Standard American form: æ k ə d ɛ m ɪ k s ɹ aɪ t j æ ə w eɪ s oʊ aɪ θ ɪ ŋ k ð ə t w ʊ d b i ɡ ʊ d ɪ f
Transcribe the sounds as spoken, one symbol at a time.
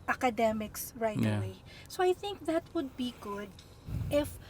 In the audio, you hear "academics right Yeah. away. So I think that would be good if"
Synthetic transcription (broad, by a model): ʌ k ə d ɛ m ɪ k s ɹ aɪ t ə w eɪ s oʊ aɪ θ ɪ ŋ k ð ə t w ʊ d b i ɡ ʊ d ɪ f